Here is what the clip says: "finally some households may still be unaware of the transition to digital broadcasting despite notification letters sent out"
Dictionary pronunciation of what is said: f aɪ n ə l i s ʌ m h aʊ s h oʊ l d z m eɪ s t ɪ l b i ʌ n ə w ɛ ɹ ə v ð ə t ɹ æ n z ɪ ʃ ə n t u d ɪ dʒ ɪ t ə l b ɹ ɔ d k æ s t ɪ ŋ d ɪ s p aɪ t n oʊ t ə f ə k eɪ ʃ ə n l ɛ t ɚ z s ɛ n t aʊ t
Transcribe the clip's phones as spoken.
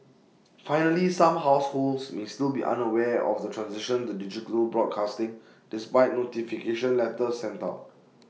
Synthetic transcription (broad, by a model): f aɪ n ə l i s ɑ m h aʊ s h oʊ l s m eɪ s t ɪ l b i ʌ n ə w ɛ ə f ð ə t ɹ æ n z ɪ ʃ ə n t u d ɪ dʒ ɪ t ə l b ɹ ɔ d k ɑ s t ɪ ŋ d ɪ s p aɪ t n oʊ t ə f ə k eɪ ʃ ə n l ɛ t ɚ s ɛ n t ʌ